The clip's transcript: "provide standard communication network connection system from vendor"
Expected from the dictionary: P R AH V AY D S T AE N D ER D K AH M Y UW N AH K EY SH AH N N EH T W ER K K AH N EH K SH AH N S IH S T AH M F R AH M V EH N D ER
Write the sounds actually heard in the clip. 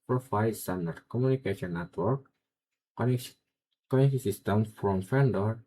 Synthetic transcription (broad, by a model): P R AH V AY S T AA N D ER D K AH M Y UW N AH K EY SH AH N N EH T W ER K K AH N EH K AH S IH S T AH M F R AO M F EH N D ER